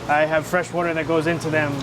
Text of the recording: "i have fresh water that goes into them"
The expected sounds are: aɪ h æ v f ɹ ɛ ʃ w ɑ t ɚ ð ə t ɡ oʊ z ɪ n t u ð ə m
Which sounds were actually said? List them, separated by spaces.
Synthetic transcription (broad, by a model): aɪ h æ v f ɹ ɛ ʃ w ɑ t ɚ ð ə t ɡ oʊ z ɪ n t u ð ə m